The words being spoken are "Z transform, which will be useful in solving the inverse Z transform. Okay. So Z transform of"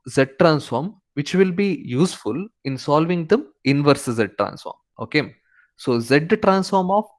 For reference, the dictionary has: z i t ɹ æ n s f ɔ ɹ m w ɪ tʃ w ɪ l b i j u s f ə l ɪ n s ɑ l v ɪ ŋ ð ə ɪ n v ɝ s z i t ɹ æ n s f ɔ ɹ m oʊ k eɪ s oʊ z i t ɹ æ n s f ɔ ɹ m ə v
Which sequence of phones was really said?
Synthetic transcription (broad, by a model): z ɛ t ɹ æ n s f ɔ ɹ m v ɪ tʃ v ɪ l b i j u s f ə l ɪ n s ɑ l v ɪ ŋ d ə ɪ n v ɝ s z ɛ t ɹ æ n s f ɔ ɹ m oʊ k eɪ s oʊ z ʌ t ɹ æ n s f ɔ ɹ m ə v